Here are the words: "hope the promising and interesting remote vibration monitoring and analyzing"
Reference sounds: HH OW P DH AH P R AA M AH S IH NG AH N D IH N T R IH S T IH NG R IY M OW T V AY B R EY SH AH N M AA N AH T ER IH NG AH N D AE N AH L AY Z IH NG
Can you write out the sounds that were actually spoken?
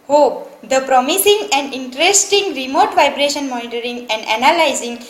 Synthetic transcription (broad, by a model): HH OW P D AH P R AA M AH S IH NG AH N D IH N T R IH S T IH NG R IY M OW T V AY B R EY SH AH N M AA N AH T ER IH NG AH N D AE N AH L AY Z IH NG